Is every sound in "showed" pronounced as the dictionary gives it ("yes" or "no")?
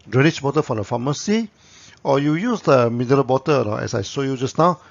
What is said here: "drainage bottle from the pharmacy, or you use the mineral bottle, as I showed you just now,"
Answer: no